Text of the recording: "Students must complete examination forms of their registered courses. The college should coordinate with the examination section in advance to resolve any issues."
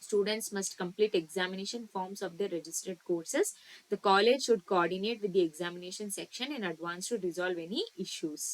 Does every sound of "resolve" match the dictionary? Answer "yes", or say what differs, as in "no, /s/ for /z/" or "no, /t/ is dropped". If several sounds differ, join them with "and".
yes